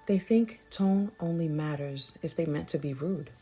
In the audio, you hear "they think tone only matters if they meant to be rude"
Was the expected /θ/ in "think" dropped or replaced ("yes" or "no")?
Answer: no